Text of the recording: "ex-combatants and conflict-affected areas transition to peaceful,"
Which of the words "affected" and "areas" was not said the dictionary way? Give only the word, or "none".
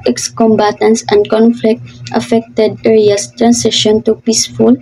areas